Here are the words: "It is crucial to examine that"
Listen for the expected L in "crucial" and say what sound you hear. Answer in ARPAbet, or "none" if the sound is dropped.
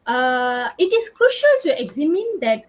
L